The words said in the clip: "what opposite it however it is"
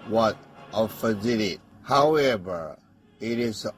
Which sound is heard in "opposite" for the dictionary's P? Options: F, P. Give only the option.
F